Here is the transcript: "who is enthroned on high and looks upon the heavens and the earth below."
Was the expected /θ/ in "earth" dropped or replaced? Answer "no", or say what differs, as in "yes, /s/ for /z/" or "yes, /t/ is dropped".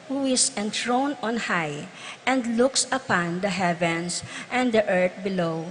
yes, /t/ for /θ/